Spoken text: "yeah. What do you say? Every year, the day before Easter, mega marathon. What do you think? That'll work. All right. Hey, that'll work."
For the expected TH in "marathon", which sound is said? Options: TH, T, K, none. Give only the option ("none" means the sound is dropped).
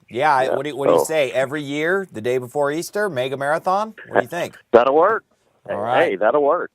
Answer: TH